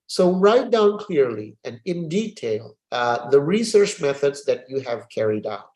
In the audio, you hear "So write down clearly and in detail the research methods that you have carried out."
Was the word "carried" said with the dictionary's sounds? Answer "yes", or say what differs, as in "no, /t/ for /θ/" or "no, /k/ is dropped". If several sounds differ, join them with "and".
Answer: yes